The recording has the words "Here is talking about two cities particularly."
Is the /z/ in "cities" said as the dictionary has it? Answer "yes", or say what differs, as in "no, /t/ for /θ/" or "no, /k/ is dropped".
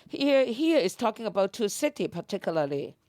no, /z/ is dropped